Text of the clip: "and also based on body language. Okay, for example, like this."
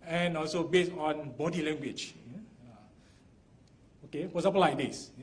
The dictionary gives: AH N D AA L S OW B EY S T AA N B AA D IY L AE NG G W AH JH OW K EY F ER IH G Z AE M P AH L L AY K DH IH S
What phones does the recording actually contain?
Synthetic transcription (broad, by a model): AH N AA L S OW B EY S AA N B AA D IY L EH NG G W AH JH OW K EY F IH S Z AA P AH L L AY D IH S